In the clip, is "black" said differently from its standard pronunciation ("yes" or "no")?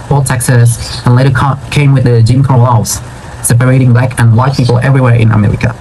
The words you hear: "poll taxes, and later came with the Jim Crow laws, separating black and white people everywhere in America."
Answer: no